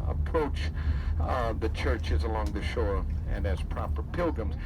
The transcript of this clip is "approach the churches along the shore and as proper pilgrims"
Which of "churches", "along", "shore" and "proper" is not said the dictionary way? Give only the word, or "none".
none